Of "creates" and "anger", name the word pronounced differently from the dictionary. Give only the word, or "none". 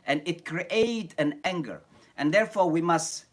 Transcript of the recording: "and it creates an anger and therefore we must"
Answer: creates